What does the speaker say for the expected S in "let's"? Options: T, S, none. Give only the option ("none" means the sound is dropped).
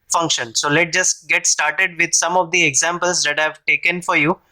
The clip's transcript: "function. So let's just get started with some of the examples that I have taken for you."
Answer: none